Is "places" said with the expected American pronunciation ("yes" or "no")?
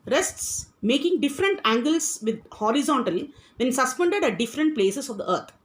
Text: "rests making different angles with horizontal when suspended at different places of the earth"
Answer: no